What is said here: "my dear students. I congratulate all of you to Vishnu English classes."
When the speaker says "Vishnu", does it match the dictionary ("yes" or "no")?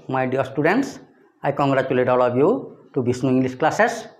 no